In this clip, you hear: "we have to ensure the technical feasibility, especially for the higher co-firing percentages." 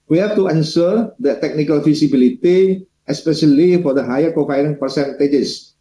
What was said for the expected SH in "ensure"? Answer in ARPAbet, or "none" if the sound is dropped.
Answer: S